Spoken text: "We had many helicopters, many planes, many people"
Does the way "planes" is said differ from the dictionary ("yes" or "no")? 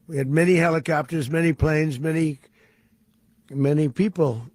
no